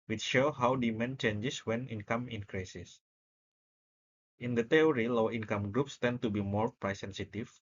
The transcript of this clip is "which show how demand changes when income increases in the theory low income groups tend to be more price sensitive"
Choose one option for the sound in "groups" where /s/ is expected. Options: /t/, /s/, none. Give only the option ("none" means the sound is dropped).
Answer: /s/